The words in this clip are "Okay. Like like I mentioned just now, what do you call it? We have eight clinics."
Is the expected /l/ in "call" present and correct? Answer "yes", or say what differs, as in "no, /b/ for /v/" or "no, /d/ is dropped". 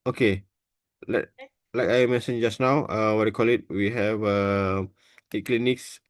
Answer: yes